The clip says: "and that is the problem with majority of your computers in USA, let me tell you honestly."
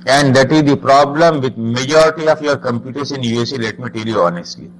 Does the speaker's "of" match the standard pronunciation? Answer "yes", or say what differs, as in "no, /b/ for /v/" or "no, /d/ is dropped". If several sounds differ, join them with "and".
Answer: no, /f/ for /v/